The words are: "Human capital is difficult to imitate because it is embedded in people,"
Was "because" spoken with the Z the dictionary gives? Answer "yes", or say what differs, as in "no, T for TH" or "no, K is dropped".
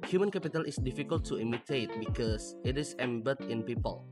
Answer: no, S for Z